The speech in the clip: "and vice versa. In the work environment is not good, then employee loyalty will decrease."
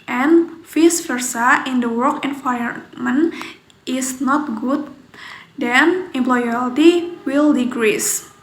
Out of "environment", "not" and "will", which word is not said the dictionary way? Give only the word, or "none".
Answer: environment